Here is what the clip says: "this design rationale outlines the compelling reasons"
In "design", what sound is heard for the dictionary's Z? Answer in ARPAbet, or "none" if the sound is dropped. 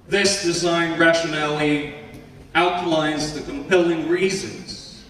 Z